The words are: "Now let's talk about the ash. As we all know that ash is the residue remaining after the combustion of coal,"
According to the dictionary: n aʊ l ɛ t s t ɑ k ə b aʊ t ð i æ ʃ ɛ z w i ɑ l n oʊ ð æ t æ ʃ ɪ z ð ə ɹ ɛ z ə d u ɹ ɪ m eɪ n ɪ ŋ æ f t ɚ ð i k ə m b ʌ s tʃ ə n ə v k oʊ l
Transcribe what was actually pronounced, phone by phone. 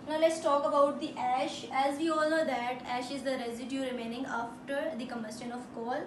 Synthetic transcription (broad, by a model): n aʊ l ɛ t s t ɑ k ə b aʊ t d i æ ʃ ɛ z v i ɑ l n oʊ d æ t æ ʃ ɪ z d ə ɹ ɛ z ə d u ɹ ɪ m eɪ n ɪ ŋ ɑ f t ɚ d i k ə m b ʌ s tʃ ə n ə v k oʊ l